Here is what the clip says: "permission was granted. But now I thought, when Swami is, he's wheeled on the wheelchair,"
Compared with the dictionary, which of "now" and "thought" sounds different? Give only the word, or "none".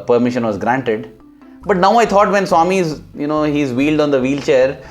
thought